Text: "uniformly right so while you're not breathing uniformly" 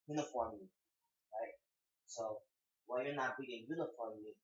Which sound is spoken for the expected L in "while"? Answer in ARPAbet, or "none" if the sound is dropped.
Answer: N